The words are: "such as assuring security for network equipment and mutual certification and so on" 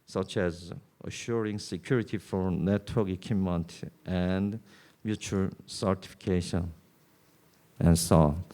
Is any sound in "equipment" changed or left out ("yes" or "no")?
yes